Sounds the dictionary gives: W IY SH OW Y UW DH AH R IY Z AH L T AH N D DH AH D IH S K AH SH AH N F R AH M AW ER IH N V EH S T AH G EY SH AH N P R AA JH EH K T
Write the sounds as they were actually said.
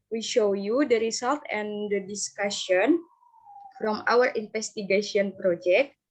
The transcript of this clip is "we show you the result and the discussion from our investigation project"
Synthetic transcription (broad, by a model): W IY SH OW Y UW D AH R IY S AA L T AH N D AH D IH S K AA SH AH N F R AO M AW ER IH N F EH S T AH G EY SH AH N P R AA JH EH K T